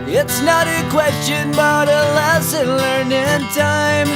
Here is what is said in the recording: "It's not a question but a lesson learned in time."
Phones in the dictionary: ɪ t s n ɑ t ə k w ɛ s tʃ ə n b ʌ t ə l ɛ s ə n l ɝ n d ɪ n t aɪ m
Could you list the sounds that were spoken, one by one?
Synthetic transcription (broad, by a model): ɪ t s n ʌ t ə k w ɛ s tʃ ə n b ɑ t ə l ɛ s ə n l ɝ n ɪ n t aɪ m